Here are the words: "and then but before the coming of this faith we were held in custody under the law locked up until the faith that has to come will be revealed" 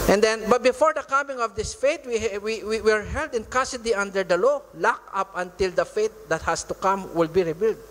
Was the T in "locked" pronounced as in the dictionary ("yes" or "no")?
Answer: no